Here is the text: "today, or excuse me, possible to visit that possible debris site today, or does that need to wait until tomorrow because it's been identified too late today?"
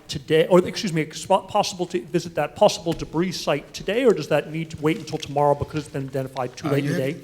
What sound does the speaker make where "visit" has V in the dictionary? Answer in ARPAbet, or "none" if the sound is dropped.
V